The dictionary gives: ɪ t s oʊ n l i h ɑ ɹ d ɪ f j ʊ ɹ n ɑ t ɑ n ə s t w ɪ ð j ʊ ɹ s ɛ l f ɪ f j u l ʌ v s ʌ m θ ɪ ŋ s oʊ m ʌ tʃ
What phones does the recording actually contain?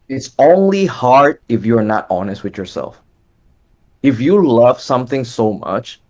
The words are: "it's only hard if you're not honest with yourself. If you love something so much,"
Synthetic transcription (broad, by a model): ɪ t s oʊ n l i h ɑ ɹ d ɪ f j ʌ ɹ n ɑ t ɑ n ə s t w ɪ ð j ʊ ɹ s ɛ l f ɪ f j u l ʌ v s ʌ m θ ɪ ŋ s oʊ m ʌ tʃ